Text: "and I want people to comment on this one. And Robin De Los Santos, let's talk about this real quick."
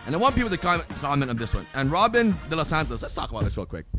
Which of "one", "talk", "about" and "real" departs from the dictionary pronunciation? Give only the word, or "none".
real